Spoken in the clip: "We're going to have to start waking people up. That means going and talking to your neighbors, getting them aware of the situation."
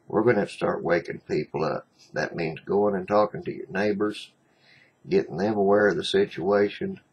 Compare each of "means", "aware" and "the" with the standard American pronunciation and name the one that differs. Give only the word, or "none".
none